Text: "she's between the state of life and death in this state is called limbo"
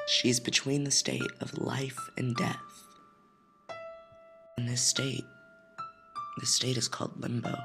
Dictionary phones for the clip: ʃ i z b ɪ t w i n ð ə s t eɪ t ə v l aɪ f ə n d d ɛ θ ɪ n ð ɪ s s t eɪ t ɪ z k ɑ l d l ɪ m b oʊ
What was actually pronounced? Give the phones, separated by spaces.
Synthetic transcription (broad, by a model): ʃ i z b ɪ t w i n ð ə s t eɪ t ə v l aɪ f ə n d d ɛ θ ɪ n ð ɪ s s t eɪ t ɪ z k ɑ l d l ɪ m b oʊ